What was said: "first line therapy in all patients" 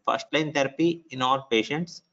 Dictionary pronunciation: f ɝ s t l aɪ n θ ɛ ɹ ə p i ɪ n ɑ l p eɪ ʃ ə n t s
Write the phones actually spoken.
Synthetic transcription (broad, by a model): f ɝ s t l aɪ n t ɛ ɹ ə p i ɪ n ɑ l p eɪ ʃ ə n t s